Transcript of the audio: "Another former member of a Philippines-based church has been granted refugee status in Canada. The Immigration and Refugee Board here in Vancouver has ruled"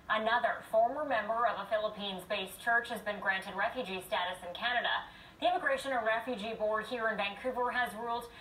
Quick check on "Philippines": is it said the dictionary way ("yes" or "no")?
yes